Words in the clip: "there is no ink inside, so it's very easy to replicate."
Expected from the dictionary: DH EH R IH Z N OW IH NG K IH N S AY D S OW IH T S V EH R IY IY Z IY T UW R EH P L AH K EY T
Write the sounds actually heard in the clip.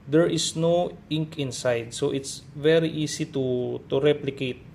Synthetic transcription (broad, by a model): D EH R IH S N OW IH NG K IH N S AY D S OW IH T S V EH R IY IY S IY T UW R EH P L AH K EY T